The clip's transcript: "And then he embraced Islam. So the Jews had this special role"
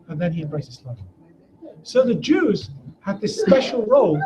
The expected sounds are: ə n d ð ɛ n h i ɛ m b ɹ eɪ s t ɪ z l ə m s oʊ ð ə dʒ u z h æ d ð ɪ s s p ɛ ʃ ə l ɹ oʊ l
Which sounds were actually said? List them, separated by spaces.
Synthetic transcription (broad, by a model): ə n ð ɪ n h i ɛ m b ɹ eɪ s ɪ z l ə s oʊ ð ə dʒ u z h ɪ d ð ɪ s s p ɛ ʃ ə l ɹ oʊ l